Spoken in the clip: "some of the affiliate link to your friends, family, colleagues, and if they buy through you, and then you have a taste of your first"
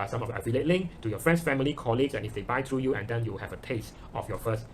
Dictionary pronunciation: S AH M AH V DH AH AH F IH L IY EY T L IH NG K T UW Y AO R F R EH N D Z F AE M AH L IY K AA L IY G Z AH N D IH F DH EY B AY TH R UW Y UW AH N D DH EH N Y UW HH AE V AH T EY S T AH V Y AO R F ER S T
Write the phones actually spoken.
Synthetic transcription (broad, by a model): S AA M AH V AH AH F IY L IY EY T L IH NG K T UW Y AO F R EH N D S F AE M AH L IY K AA L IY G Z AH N IH F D EY B AY T R UW Y UW AH N D EH N Y UW HH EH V AH T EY S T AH F Y AO F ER S T